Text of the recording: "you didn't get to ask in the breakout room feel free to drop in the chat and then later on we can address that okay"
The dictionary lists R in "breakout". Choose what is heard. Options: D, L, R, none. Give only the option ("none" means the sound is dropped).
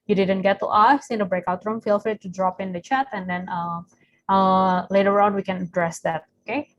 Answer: R